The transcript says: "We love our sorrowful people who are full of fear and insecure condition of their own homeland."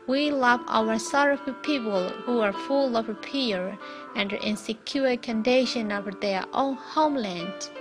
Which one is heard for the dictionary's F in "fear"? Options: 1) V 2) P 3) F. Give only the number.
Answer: 2